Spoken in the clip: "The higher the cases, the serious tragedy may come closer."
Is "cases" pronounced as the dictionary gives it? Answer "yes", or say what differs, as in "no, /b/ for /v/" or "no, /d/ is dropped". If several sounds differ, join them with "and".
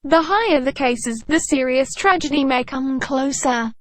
yes